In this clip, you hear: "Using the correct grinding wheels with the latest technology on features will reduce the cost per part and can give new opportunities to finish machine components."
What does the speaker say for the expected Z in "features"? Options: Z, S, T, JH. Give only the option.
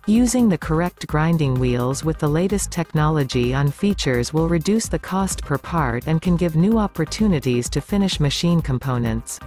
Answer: Z